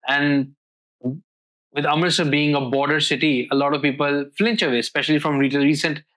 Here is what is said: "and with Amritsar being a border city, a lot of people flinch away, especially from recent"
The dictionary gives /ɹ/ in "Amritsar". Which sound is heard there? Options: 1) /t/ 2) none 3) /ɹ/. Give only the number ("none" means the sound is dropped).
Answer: 2